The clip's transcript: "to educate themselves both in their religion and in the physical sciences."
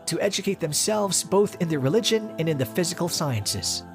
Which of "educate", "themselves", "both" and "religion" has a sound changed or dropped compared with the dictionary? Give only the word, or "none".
none